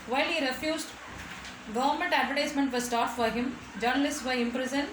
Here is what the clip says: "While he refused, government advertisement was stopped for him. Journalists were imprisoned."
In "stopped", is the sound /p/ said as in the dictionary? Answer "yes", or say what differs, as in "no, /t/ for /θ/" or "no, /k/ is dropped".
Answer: no, /p/ is dropped